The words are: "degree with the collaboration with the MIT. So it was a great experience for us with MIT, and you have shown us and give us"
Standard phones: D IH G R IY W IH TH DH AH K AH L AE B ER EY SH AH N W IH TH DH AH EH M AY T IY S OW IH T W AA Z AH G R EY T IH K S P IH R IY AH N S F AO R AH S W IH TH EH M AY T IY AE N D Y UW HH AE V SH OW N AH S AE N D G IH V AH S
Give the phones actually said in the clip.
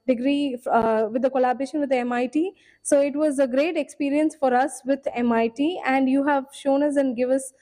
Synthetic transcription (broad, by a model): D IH G R IY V IH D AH K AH L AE B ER EY SH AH N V IH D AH EH M AY T IY S OW IH T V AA Z AH G R EY T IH K S P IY R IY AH N S F AO R AH S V IH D EH M AY T IY AE N D Y UW HH AE V SH OW N AH S AE N D G IH V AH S